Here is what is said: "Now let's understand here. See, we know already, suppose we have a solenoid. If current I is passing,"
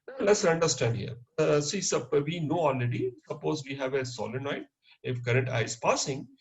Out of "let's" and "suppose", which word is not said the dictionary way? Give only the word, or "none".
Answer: none